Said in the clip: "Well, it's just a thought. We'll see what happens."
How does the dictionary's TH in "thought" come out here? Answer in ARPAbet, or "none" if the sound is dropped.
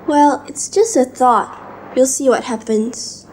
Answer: TH